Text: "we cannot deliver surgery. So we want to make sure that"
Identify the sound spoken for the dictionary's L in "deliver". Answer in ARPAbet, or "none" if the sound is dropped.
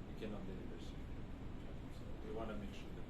N